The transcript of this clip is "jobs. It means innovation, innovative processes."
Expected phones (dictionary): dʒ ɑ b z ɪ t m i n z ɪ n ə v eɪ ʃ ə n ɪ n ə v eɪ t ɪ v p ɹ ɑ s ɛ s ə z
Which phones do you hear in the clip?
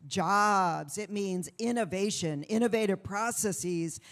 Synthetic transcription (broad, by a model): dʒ ɑ b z ɪ t m i n z ɪ n ə v eɪ ʃ ə n ɪ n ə v eɪ t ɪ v p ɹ ɑ s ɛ s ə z